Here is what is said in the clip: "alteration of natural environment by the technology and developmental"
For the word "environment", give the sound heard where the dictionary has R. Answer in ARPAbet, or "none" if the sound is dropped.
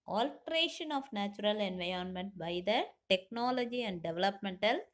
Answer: none